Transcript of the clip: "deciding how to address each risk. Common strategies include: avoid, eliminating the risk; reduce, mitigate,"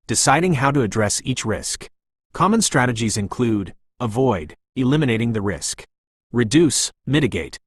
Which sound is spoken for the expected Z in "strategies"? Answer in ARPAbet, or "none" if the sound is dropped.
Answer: Z